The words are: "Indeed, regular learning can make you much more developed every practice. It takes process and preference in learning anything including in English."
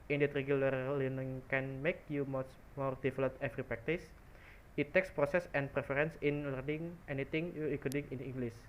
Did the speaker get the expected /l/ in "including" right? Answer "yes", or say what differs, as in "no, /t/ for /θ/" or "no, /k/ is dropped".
no, /l/ is dropped